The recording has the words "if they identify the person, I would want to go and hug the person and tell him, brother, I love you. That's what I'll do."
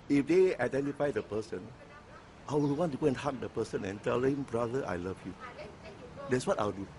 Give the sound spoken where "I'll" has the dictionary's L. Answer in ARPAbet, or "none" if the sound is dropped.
W